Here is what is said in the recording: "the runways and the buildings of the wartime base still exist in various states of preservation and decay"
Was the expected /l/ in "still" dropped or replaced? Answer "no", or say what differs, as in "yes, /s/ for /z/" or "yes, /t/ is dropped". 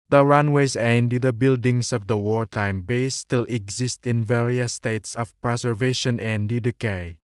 no